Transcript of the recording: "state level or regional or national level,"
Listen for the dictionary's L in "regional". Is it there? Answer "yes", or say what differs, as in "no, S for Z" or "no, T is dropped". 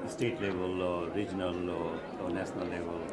yes